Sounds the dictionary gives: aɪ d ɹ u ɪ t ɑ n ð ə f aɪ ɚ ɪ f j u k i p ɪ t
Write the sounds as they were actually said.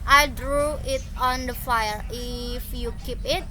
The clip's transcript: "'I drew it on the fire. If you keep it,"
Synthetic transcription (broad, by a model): aɪ d ɹ u ɪ t ɑ n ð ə f aɪ ɚ ɪ f j u k i p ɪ t